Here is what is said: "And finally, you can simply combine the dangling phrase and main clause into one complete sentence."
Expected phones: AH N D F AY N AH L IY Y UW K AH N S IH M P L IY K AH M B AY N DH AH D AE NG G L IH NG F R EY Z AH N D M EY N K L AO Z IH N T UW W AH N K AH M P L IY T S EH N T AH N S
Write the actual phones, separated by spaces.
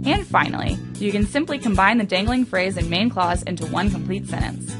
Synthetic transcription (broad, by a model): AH N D F AY N L IY Y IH K AH N S IH M P L IY K AH M B AY N DH AH D AE NG G L IH NG F R EY Z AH N M EY N K L AO Z IH N T UW W AH N K AH M P L IY T S EH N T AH N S